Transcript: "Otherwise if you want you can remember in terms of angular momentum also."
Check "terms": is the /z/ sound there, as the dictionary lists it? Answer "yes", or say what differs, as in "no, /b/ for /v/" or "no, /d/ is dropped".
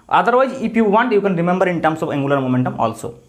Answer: no, /s/ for /z/